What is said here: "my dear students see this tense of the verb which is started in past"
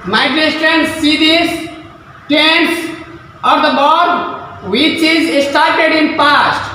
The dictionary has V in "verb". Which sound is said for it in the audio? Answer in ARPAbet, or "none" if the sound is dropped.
B